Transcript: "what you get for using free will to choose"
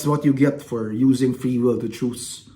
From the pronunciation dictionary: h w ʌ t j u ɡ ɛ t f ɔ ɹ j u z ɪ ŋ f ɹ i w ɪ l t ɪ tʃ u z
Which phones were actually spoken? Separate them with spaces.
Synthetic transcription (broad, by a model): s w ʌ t j u ɡ ɛ t f ɔ ɹ j u z ɪ ŋ f ɹ i w ɪ l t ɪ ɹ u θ